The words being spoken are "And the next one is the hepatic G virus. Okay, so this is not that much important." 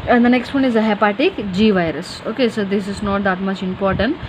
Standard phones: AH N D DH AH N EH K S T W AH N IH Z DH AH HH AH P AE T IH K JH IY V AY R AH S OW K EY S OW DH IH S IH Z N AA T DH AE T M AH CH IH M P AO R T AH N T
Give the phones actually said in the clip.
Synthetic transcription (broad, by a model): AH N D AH N EH K S T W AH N IH Z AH HH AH P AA T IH K JH IY V AY R AH S OW K EY S OW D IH S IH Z N AA T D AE T M AH CH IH M P AO R T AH N T